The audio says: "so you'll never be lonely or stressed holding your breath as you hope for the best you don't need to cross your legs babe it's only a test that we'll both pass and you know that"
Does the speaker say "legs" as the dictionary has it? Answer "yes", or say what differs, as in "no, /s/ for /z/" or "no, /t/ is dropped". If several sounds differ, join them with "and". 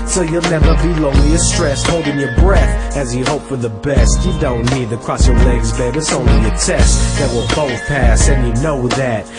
yes